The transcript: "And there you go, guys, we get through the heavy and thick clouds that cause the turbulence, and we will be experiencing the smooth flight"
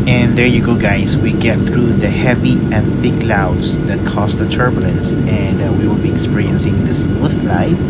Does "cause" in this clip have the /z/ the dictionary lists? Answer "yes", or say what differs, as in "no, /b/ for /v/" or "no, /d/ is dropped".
no, /s/ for /z/